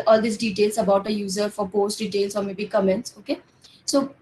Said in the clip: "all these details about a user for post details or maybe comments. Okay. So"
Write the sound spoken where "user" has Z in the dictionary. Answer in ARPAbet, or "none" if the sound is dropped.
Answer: Z